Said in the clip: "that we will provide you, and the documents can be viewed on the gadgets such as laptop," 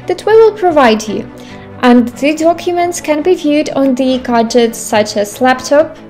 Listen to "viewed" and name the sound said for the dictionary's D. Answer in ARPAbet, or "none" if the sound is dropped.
D